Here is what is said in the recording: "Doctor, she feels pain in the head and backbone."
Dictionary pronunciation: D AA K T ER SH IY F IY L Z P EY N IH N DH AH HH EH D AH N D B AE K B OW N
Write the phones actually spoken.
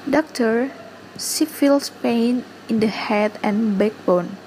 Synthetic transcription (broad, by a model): D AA K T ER S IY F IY L S P EY N IH N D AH HH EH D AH N B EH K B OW N